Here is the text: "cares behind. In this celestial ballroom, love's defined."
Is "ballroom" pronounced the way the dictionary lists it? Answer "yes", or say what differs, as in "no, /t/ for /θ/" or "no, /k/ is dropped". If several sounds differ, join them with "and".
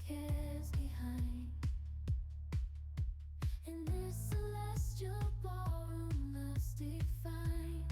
no, /l/ is dropped